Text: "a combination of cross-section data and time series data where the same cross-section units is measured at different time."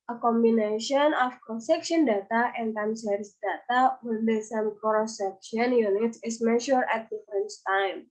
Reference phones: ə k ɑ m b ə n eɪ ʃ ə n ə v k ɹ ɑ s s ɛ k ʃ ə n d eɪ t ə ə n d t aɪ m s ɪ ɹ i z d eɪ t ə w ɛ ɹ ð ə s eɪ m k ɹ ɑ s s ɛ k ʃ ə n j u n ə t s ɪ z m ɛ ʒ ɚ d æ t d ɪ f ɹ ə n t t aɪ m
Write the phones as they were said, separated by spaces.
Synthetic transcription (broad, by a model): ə k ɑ m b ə n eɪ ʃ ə n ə f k ɹ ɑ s s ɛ k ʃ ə n d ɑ t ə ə n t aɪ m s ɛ ɹ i s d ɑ t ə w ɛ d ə s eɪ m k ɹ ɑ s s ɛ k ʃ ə n j u n ə t s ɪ s m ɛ ʃ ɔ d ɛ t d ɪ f ɹ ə n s t aɪ m